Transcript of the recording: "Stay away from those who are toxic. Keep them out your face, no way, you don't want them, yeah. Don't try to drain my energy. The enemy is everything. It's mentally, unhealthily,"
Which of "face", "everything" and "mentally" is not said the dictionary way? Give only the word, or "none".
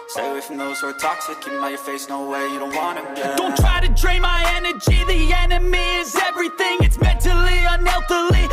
none